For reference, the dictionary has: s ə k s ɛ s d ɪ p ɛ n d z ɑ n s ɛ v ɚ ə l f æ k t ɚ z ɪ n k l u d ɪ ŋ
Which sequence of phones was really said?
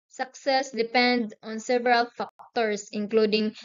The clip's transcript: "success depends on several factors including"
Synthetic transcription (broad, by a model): s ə k s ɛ s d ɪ p ɛ n d ɑ n s ɛ v ɚ ə l f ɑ k t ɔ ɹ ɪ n k l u d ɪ ŋ